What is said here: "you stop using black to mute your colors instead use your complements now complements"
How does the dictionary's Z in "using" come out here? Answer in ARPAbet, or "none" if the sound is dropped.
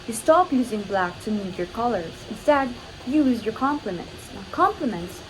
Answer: Z